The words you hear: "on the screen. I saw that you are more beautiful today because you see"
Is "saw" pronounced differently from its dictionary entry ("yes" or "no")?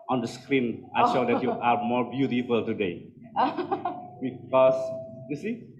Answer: yes